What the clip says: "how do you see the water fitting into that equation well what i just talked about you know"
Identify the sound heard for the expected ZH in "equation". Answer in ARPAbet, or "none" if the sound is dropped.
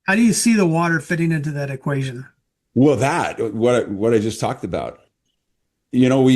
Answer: ZH